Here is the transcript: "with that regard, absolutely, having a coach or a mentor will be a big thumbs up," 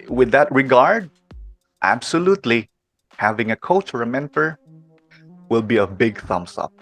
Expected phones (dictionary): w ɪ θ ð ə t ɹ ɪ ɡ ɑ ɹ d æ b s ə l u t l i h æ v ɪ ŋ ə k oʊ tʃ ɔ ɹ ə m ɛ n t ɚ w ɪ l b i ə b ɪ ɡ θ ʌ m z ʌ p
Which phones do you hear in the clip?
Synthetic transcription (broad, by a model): w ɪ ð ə t ɹ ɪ ɡ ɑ ɹ d æ b s ə l u t l i h æ v ɪ ŋ ə k oʊ tʃ ɔ ɹ ə m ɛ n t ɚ w ɪ l b i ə b ɪ ɡ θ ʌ m s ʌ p